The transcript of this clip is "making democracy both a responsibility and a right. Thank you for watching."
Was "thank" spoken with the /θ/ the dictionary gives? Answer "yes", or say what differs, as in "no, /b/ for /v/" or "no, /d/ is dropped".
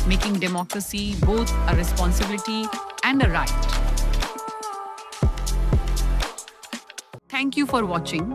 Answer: no, /t/ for /θ/